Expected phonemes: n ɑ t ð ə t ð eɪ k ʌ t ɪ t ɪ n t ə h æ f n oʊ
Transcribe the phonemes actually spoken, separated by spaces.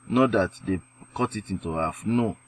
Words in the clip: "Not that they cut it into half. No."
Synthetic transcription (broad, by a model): n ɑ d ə t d eɪ k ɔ t ɪ t ɪ n t ə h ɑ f n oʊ